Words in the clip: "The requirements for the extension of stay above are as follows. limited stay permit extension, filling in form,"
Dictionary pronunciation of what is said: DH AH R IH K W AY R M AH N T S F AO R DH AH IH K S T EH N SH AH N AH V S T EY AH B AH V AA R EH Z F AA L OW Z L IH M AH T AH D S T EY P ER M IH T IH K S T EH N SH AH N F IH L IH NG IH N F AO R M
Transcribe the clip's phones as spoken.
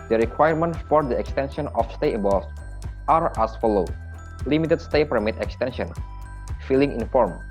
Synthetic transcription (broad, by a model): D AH R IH K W AY R M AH N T F AO R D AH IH K S T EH N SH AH N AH F S T EY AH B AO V AA R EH S F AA L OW L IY M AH T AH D S T EY P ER M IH T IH K S T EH N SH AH N F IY L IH NG IH N F AO R M